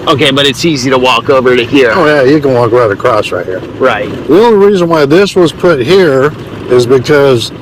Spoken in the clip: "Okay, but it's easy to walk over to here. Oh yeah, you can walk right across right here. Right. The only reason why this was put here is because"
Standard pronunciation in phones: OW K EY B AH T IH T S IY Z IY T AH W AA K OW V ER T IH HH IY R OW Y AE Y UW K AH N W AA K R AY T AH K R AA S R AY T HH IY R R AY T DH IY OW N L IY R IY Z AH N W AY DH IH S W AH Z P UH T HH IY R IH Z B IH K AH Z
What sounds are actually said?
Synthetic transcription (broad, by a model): OW K EY B AH T IH T S IY Z IY T AH W AA K OW V ER T IH HH IY R OW Y AE Y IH K AH N W AA K R AY T AH K R AA S R AY T HH IY R R AY T DH IY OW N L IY R IY Z AH N W AY DH IH S W AH Z P UH T HH IY R IH Z B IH K AH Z